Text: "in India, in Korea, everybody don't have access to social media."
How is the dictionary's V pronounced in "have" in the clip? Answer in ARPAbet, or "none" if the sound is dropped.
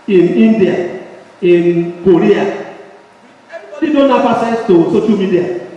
F